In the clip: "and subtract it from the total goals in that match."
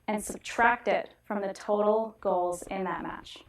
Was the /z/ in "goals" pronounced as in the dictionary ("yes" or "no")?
yes